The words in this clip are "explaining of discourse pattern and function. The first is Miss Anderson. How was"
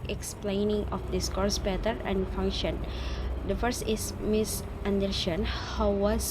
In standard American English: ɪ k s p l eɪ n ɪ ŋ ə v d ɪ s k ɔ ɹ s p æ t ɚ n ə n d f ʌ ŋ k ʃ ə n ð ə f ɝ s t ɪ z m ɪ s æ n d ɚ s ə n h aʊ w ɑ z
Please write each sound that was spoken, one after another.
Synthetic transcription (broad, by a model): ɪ k s p l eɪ n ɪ ŋ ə f d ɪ s k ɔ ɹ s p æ t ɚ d ə n d f ʌ ŋ k ʃ ə n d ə f ɝ s t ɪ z m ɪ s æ n d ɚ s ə n h aʊ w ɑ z